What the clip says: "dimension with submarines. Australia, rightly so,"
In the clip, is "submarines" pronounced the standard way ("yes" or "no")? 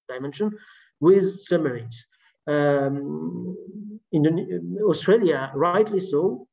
no